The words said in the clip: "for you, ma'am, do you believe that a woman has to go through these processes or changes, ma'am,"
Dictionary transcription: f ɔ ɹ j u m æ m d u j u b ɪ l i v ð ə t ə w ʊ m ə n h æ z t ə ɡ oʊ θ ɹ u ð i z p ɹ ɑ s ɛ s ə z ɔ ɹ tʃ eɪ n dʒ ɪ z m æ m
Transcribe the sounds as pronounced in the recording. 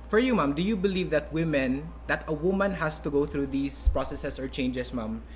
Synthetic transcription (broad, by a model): f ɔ ɹ j u m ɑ m d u j u b ɪ l i v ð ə t ə w ʊ m ə n h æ s t ə ɡ oʊ θ ɹ u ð i s p ɹ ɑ s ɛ s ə s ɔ ɹ tʃ eɪ n dʒ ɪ s m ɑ m